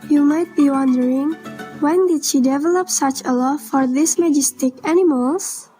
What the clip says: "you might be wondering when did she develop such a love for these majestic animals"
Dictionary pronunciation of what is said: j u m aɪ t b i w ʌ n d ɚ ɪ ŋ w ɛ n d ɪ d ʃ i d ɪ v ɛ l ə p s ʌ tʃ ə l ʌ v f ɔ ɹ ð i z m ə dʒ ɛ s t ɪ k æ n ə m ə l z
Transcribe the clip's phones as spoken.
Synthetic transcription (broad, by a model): j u m aɪ t b i w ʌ n d ɚ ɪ ŋ w ɛ n d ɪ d ʃ i d ɪ v ɛ l ə p s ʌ tʃ ə l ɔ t f ɔ ɹ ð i s m ə dʒ ɛ s t ɪ k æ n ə m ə l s